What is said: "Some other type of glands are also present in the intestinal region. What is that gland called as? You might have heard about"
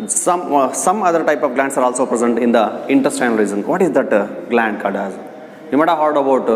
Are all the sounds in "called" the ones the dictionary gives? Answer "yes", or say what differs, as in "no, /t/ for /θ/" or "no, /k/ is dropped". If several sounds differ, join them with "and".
no, /l/ is dropped